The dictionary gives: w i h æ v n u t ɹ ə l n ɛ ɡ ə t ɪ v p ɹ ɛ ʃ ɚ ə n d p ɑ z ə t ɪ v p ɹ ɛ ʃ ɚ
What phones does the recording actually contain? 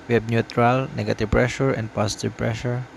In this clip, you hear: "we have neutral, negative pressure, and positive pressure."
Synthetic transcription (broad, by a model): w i h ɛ b n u t ɹ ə l n ɛ ɡ ə t ɪ v p ɹ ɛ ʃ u ə n d p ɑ s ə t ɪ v p ɹ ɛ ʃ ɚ